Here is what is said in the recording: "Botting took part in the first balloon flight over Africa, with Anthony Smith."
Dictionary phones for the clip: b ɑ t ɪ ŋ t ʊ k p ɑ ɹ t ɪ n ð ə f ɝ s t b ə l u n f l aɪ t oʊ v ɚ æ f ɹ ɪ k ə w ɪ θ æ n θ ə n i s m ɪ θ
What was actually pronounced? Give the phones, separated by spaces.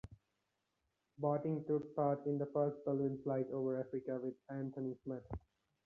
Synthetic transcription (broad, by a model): b ɑ t ɪ ŋ t ʊ k p ɑ ɹ t ɪ n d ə f ɝ s t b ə l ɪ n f l aɪ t oʊ v ɚ æ f ɹ ɪ k ə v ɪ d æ n t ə n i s m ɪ t